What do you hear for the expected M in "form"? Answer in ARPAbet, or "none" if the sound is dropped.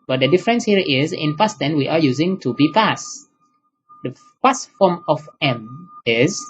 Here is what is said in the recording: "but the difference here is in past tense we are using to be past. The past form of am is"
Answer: M